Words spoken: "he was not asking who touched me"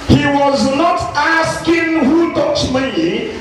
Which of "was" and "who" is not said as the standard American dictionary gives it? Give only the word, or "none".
none